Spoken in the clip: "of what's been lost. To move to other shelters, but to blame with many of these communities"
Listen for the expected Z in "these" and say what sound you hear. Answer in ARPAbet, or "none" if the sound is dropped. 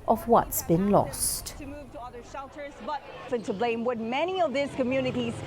S